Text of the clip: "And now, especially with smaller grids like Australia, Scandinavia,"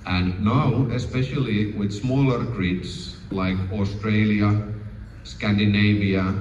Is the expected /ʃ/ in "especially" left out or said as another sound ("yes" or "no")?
no